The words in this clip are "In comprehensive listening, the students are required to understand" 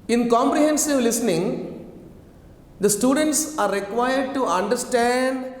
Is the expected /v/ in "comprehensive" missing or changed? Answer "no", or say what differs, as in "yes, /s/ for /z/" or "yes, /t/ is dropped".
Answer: no